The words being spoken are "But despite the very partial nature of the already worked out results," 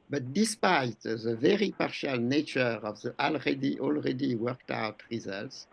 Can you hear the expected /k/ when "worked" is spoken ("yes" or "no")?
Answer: yes